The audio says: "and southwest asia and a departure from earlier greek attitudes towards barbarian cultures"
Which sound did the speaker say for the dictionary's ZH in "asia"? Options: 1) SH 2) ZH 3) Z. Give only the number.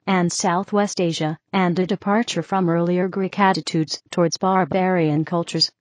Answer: 2